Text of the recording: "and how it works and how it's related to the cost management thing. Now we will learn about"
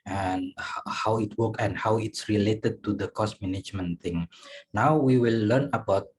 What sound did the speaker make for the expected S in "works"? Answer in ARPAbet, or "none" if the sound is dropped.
none